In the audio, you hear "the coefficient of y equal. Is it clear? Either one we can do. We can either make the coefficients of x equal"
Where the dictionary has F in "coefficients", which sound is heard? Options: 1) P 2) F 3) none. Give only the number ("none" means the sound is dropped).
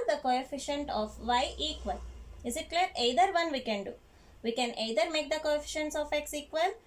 2